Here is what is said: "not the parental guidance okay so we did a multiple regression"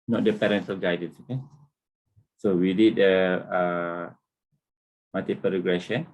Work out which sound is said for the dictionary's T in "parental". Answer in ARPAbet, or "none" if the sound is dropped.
S